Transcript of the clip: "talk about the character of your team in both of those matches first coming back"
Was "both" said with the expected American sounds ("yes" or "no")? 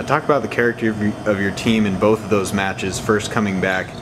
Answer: yes